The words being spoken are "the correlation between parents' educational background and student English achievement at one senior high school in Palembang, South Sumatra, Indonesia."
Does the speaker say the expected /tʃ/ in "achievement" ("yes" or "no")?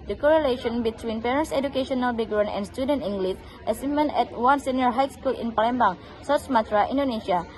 no